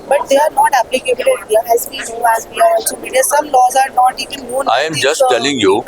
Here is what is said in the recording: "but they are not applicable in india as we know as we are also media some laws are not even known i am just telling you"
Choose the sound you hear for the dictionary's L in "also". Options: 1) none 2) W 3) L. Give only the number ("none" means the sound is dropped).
1